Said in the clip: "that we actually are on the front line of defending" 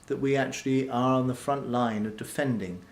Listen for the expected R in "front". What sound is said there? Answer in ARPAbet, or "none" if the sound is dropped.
R